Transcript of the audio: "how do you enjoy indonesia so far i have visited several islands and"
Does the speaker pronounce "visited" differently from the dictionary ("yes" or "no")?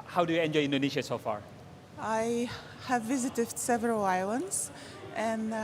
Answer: no